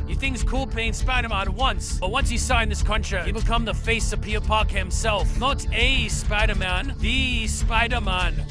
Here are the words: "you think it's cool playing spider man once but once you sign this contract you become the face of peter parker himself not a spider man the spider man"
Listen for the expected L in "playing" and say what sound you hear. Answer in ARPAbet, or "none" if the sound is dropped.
none